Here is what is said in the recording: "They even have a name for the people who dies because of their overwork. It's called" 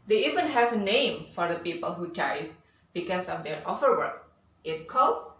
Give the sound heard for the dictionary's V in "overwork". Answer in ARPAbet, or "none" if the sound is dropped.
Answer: F